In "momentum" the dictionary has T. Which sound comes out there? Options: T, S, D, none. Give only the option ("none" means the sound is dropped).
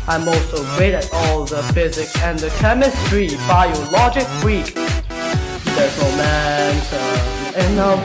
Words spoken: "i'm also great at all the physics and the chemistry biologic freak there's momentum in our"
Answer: S